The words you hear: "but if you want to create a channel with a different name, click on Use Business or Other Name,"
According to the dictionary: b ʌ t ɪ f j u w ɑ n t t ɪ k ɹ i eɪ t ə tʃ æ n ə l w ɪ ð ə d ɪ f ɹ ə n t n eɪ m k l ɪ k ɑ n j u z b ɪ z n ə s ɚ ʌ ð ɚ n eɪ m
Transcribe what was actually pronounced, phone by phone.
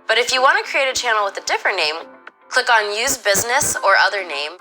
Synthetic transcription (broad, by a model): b ʌ t ɪ f j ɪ w ɑ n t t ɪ k ɹ i eɪ t ə tʃ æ n l w ɪ ð ə d ɪ f ɹ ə n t n eɪ m k l ɪ k n j u z b ɪ z n ə s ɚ ʌ ð ɚ n eɪ m